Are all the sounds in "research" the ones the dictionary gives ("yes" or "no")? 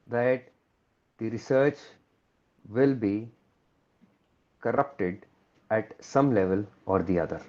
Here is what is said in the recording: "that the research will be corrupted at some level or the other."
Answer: yes